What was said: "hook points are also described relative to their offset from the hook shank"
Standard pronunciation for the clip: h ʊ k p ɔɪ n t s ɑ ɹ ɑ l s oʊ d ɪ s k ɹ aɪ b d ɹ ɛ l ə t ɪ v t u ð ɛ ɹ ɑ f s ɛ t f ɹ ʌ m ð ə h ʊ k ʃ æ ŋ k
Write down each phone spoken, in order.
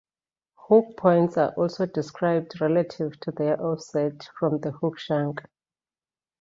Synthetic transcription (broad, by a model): h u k p ɔɪ n t s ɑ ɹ ɑ l s oʊ d ɪ s k ɹ aɪ b d ɹ ɛ l ə t ɪ v t u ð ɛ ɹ ɑ f s ɛ t f ɹ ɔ m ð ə h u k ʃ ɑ ŋ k